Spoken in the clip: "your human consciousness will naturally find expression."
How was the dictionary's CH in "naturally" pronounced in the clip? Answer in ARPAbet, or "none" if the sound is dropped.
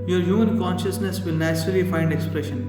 S